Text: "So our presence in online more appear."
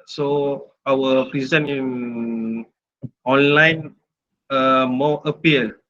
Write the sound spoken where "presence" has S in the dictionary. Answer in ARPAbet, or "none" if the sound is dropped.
none